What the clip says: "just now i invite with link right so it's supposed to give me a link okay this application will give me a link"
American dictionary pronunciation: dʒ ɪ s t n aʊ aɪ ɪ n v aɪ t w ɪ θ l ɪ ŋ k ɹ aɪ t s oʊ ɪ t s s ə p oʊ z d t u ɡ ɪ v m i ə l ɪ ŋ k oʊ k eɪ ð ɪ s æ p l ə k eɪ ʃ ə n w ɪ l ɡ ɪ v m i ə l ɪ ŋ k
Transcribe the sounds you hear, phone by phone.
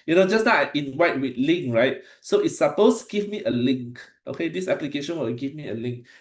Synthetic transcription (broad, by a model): dʒ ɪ s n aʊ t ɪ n w aɪ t w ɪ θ l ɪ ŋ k ɹ aɪ t s oʊ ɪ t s s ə p oʊ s t u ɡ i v m i ə l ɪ ŋ k oʊ k eɪ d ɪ s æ p l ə k eɪ ʃ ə n w ɪ l ɡ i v m i ə l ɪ ŋ k